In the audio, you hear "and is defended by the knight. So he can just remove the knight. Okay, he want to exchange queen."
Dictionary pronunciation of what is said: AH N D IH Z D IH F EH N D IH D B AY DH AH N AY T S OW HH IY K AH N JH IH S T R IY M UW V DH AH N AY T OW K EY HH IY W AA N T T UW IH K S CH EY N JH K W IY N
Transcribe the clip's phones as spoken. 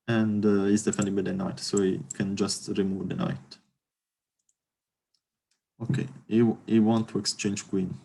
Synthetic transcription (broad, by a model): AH N D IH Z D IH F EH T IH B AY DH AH N AY T S OW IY K AH N JH IH S T R IY M UW V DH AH N AY T OW K EY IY W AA N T T UW IH K S CH EY N JH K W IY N